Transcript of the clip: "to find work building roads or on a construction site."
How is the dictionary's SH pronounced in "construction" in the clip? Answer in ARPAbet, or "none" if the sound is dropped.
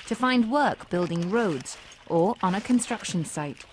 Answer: SH